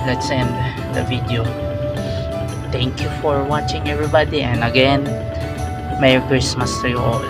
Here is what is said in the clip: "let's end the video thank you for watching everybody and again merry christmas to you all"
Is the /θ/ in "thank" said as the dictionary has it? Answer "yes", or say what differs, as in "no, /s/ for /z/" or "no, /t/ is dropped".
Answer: no, /t/ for /θ/